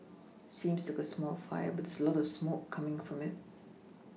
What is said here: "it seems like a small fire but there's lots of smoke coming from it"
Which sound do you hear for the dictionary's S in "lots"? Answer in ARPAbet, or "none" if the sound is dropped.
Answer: none